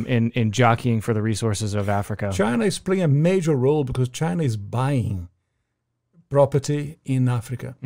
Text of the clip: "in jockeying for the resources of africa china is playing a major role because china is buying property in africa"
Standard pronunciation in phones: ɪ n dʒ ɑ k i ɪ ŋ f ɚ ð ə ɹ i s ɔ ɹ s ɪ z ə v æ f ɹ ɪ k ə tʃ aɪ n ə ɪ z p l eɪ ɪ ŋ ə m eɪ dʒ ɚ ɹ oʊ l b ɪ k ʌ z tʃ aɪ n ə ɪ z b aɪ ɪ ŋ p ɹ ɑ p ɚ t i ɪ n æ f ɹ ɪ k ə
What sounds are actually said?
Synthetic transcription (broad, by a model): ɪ n dʒ ɑ k i ɪ ŋ f ɚ ð ə ɹ i s ɔ ɹ s ɪ z ə v æ f ɹ ɪ k ə tʃ aɪ n ə ɪ z p l eɪ ɪ ŋ ə m eɪ dʒ ɚ ɹ oʊ l b ɪ k ʌ z tʃ aɪ n ə ɪ z b aɪ ɪ ŋ p ɹ ɑ p ɚ t i ɪ n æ f ɹ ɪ k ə